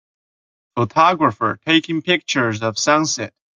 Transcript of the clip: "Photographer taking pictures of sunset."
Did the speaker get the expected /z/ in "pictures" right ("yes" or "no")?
yes